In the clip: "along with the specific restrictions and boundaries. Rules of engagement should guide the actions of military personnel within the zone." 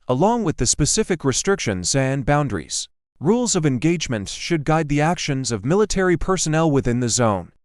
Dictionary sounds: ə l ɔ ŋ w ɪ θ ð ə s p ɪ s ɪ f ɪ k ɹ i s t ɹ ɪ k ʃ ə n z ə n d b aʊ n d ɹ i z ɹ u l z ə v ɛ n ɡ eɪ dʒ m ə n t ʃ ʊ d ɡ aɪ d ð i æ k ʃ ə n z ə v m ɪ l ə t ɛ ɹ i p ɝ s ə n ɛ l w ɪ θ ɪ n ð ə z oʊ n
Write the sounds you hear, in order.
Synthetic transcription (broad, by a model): ə l ɔ ŋ w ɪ ð ə s p ɪ s ɪ f ɪ k ɹ i s t ɹ ɪ k ʃ ə n z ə n b aʊ n d ɹ i z ɹ u l z ə v ɛ n ɡ eɪ dʒ m ə n t ʃ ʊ d ɡ aɪ d ð i æ k ʃ ə n z ə v m ɪ l ə t ɛ ɹ i p ɝ s ə n ɛ l w ɪ θ ɪ n ð ə z oʊ n